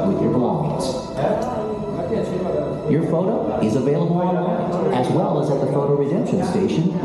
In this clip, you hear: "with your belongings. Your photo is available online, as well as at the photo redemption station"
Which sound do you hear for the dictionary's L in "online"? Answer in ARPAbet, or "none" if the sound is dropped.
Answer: none